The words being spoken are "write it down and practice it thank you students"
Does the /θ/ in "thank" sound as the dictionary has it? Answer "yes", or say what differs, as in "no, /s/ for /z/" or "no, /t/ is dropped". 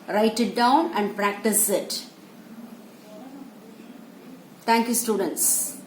no, /t/ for /θ/